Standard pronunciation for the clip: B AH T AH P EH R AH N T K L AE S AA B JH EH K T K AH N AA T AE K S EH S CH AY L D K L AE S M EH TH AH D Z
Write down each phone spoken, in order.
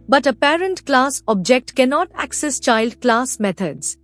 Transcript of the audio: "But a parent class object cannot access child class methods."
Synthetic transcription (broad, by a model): B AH T AH P EH R AH N T K L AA S AA B JH EH K T K AH N AA T AE K S EH S CH AY L D K L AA S M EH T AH D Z